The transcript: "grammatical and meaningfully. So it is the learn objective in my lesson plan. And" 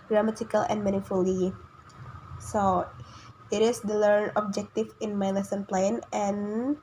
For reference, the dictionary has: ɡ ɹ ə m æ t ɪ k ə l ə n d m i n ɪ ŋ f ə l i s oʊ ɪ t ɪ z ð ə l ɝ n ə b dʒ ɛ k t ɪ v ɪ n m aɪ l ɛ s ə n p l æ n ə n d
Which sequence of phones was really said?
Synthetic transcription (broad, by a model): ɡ ɹ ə m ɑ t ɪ k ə l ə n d m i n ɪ f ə l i s oʊ ɪ t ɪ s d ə l ɝ n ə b dʒ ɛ k t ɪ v ɪ n m aɪ l ɛ s ə n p l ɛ n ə n